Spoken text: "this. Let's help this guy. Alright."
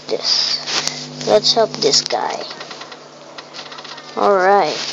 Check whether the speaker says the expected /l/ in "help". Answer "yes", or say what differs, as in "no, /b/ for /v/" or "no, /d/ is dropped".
no, /l/ is dropped